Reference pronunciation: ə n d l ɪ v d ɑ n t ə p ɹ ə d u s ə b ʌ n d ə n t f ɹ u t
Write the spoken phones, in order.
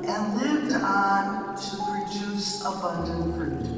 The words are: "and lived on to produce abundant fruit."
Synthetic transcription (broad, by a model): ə n l ɪ v d n t ə p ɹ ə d u s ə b ʌ n d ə n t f ɹ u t